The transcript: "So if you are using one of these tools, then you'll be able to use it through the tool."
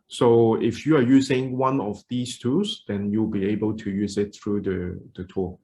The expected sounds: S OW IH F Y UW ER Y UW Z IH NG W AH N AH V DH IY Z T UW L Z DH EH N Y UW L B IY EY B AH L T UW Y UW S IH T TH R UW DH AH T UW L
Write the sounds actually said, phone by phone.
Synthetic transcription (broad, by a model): S OW IH F Y UW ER Y UW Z IH NG W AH N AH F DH IY S T UW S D EH N Y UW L B IY EY B AH L T UW Y UW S IH T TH R UW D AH T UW